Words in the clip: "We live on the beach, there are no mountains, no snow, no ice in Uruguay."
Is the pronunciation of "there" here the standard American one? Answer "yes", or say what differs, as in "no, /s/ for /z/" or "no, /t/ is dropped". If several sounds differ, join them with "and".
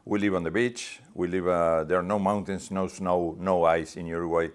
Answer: no, /l/ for /ɹ/